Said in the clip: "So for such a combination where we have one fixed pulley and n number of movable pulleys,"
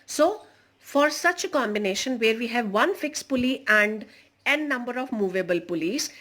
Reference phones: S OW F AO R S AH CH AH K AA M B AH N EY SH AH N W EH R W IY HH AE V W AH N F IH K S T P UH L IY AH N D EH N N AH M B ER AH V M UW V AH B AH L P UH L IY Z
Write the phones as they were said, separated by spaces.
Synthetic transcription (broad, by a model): S OW F AO R S AH CH AH K AA M B AH N EY SH AH N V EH R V IY HH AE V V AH N F IH K S P UH L IY AH N D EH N N AH M B ER AH V M UW V AH B AH L P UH L IY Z